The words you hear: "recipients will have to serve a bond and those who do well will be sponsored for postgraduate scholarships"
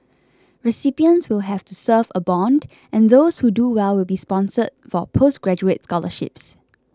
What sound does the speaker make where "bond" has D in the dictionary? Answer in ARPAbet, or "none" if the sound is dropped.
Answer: D